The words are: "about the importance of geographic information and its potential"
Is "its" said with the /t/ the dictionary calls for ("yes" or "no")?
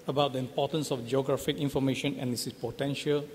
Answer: no